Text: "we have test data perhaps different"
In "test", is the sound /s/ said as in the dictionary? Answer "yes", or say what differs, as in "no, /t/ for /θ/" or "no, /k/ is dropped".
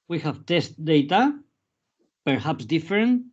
yes